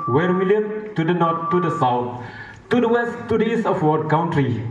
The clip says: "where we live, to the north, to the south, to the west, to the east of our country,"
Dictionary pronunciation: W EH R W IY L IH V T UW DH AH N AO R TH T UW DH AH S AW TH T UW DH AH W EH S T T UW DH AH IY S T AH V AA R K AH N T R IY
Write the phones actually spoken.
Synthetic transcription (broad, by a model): W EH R W IY L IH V T UW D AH N AO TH T UW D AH S AW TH T UW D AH W EH S T T UW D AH IY S T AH W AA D K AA N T R IY